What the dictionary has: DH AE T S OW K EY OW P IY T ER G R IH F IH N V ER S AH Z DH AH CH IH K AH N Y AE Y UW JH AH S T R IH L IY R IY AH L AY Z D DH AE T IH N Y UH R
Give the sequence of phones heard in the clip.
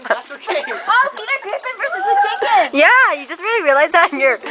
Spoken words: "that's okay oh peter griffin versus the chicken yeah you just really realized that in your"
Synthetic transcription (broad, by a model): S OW UH P IY T ER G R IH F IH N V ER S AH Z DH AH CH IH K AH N Y AE Y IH JH AH S T R IH L IY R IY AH L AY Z DH AE T N Y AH R